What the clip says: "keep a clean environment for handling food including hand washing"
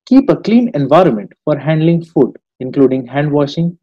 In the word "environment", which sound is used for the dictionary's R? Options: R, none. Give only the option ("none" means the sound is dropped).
R